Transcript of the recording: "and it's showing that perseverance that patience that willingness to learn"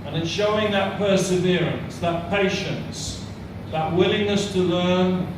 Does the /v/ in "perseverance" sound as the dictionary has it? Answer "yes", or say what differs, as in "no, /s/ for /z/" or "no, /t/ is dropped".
yes